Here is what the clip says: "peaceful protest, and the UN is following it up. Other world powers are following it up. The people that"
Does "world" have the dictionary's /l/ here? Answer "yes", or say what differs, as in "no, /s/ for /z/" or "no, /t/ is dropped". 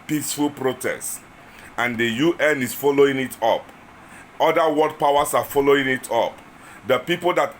no, /l/ is dropped